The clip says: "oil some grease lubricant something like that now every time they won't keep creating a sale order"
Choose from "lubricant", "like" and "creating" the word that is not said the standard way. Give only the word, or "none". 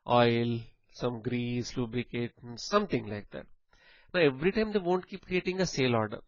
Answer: lubricant